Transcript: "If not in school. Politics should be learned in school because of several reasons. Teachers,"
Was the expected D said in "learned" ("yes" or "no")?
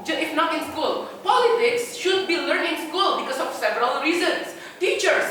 no